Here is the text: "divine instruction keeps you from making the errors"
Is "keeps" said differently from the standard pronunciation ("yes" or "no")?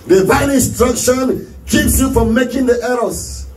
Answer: no